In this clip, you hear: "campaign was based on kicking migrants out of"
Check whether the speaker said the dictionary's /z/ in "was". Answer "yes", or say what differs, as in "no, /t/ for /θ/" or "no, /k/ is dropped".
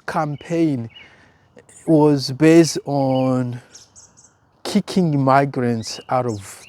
yes